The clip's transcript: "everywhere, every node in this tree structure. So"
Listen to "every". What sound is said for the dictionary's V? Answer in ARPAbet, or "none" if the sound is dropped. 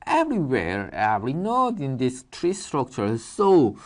none